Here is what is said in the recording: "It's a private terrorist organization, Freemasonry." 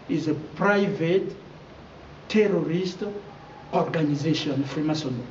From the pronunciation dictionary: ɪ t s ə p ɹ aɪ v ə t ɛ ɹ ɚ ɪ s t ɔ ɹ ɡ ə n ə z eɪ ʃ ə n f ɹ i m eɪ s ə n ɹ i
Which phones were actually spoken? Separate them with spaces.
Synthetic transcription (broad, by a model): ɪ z ə p ɹ aɪ v ə t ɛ ɹ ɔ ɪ s t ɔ ɹ ɡ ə n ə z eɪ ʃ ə n f ɹ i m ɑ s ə n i